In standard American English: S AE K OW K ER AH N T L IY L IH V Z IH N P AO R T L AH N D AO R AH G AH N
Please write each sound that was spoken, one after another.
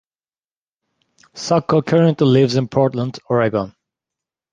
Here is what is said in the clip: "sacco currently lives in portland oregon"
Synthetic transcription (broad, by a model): S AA K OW K ER AH N T L IY L IH V Z IH N P AO R T L AH N D AO R AH G AH N